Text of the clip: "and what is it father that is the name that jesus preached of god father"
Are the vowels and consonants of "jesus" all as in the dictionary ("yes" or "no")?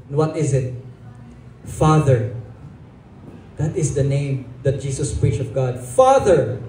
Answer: no